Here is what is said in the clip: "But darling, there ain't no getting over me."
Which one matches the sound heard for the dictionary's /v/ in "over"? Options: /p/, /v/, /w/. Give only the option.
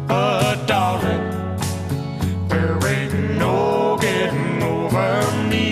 /v/